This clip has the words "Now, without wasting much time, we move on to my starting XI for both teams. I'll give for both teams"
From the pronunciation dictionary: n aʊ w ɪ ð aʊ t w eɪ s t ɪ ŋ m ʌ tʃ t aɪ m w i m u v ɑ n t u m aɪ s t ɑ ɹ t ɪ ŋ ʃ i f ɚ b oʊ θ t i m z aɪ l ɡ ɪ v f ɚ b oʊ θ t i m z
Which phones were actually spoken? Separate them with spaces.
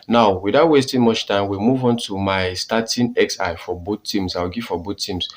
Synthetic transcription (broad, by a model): n aʊ w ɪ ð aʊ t w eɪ s t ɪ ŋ m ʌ tʃ t aɪ m w i m u v ɑ n t u m aɪ s t ɑ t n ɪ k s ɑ f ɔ b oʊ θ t i m s aɪ w ɡ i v f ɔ b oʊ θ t i m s